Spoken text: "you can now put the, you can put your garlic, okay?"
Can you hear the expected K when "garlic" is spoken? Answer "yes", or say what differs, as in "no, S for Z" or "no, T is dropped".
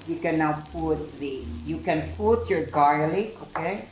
no, K is dropped